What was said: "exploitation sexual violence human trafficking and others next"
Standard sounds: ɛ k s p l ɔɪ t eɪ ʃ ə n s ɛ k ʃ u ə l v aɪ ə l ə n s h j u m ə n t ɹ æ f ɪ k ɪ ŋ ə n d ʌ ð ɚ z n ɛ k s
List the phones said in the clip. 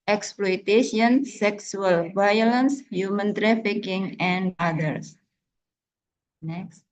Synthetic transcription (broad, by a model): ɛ k s p l ɔɪ t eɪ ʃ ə n s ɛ k s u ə l v aɪ ə l ə n s h j u m ə n t ɹ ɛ f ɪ k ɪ ŋ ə n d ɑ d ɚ s n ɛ k s